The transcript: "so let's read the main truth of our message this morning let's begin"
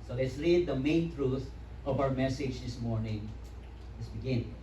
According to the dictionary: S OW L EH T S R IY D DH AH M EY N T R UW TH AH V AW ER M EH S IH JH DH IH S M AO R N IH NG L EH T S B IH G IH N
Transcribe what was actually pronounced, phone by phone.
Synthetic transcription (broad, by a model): S OW L EH T S R IY D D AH M EY N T R UW T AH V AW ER M EH S IH JH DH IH S M AO R N IH NG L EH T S B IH G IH N